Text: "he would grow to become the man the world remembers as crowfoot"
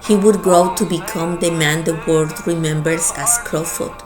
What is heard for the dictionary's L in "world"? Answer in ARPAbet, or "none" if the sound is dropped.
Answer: none